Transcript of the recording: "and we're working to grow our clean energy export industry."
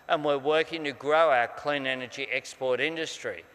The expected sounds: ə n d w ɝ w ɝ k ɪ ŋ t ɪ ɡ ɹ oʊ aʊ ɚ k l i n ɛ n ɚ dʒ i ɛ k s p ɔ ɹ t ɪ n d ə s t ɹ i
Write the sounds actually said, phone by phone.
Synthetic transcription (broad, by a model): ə n w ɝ w ɝ k ɪ ŋ t ɪ ɡ ɹ oʊ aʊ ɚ k l i n ɛ n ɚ dʒ i ɛ k s p ɔ ɹ t ɪ n d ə s t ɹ i